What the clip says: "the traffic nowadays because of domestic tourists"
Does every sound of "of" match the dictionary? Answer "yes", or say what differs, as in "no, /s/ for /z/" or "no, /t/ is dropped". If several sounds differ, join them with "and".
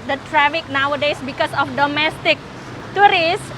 no, /f/ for /v/